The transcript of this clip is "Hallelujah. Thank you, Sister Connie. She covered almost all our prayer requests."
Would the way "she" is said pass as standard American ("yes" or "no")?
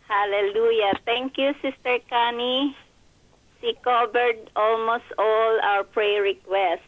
no